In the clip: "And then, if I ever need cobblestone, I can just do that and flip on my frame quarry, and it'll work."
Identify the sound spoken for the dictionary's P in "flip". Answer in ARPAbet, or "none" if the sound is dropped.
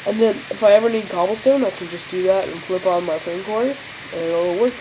P